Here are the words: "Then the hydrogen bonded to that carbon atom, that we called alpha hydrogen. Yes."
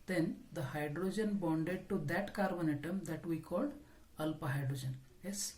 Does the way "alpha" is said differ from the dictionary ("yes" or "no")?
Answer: yes